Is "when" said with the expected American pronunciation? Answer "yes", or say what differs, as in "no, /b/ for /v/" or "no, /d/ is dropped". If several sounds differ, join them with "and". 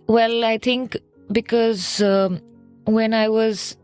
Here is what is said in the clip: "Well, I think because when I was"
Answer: yes